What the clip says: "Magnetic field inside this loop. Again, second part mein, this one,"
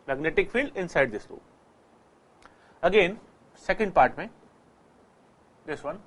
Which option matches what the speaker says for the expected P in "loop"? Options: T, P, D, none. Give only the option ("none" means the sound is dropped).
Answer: none